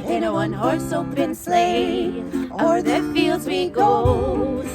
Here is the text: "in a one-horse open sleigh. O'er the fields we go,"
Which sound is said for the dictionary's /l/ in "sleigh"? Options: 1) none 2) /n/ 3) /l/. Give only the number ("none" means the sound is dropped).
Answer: 3